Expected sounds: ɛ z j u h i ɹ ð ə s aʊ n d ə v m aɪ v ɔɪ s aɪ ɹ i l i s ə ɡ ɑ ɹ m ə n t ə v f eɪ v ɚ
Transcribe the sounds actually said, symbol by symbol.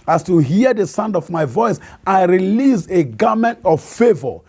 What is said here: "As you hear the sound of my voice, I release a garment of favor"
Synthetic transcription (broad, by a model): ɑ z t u h i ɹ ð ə s aʊ n d ə v m aɪ v ɔɪ s aɪ ɹ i l i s ə ɡ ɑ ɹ m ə n t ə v f eɪ v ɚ